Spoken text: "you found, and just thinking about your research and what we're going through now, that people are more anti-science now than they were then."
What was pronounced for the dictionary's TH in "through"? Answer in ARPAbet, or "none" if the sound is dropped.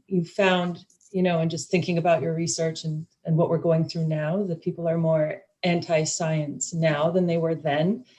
TH